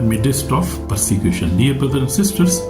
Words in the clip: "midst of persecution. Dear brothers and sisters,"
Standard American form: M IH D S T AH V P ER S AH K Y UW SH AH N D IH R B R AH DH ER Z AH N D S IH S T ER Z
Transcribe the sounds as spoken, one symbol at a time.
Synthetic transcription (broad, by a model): M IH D S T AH F P ER S AH K Y UW SH AH N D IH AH B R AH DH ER AH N S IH S T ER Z